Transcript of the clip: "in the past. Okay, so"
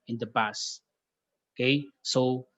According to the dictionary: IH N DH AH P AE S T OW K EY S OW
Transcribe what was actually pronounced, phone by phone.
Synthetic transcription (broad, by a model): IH N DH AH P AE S OW K EY S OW